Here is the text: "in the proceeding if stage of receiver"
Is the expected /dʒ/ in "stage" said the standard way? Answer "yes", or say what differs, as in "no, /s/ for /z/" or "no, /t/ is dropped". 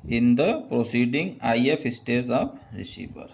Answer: no, /z/ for /dʒ/